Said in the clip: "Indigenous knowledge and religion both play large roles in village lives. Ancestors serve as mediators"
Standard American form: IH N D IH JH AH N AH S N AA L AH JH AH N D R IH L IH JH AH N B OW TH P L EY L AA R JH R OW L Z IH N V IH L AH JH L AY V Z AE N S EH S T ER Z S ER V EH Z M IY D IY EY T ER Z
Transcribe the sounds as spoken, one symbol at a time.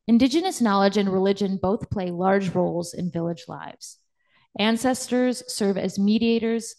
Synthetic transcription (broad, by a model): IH N D IH JH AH N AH S N AA L AH JH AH N R IH L IH JH AH N B OW TH P L EY L AA R JH R OW L Z IH N V IH L AH JH L AY V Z AE N S EH S T ER Z S ER V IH Z M IY D IY EY T ER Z